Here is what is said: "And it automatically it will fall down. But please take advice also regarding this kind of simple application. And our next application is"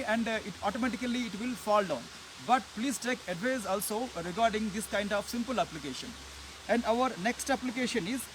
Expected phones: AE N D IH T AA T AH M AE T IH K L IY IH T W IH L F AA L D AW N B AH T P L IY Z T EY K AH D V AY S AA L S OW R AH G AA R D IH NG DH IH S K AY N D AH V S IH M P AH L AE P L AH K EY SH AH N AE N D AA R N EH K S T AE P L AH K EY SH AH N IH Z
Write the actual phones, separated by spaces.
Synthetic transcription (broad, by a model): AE N D IH T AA T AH M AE T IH K L IY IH T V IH L F AA L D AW N B AH T P L IY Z T EY K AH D V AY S AA L S OW R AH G AA R D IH NG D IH S K AY N D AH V S IH M P AH L AE P L AH K EY SH AH N AE N D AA R N EH K S T AE P L AH K EY SH AH N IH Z